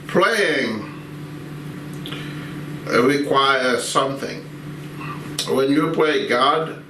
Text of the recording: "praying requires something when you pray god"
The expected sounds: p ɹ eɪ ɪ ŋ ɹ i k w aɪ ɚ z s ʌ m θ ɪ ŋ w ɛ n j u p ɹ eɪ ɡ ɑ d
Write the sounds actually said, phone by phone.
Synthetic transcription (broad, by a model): p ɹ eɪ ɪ ŋ ɹ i k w aɪ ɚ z s ʌ m θ ɪ ŋ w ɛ n j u p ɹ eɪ ɡ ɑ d